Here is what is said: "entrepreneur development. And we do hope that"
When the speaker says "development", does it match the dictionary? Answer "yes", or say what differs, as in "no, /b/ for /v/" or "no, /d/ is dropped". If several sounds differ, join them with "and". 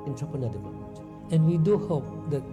no, /p/ is dropped